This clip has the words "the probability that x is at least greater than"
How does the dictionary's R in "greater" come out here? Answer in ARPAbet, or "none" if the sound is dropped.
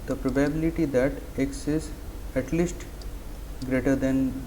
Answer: R